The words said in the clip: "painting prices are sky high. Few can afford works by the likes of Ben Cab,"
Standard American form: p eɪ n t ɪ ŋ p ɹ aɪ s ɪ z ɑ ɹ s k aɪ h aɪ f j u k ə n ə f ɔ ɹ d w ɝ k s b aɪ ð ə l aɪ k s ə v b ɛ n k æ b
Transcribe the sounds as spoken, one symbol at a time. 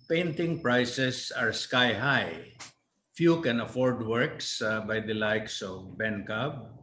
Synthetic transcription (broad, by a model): p eɪ n t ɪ ŋ p ɹ aɪ s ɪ s ɑ ɹ s k aɪ h aɪ f j u k ə n ə f ɔ ɹ d w ɝ k s b aɪ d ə l aɪ k s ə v b ɛ n k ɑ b